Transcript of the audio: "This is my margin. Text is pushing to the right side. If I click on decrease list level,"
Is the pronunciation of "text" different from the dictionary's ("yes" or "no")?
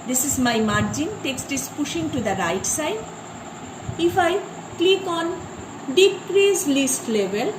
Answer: no